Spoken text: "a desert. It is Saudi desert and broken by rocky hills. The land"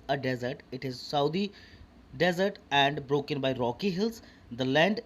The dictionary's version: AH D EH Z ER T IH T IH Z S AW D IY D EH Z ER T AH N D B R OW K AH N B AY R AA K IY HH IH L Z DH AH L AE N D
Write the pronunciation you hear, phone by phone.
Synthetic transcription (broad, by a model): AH D EH Z ER T IH T IH Z S AW D IY D EH Z ER T AH N D B R OW K AH N B AY R AA K IY HH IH L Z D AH L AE N D